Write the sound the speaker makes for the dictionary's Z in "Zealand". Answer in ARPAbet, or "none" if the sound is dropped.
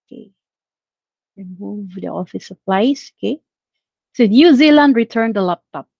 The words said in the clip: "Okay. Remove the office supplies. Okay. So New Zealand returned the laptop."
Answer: Z